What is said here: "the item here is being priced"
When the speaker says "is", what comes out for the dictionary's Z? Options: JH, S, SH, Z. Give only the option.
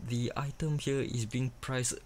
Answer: S